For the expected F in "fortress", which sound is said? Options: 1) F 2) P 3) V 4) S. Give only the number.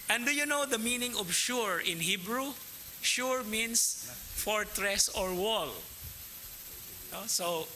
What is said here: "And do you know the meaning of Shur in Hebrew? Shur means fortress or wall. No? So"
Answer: 1